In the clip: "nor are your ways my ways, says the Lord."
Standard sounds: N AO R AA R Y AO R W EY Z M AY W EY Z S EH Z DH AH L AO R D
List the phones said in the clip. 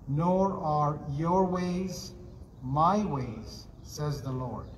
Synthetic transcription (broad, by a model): N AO R AA R Y AO R W EY Z M AY W EY Z S EH Z DH AH L AO R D